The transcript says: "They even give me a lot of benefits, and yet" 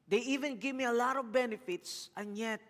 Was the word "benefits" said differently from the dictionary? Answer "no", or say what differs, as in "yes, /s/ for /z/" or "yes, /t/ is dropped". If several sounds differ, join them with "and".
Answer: no